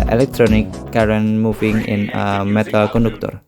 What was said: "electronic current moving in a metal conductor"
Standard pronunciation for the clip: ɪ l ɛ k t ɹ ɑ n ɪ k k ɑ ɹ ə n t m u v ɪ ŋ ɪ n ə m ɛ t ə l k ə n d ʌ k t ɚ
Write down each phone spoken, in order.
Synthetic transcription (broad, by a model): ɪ l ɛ k t ɹ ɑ n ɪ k k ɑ ɹ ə n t m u f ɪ ŋ ɪ n ə m ɛ t ə l k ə n d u k t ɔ